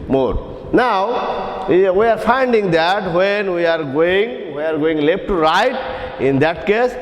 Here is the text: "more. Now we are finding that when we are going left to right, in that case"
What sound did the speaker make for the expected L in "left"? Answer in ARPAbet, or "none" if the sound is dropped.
W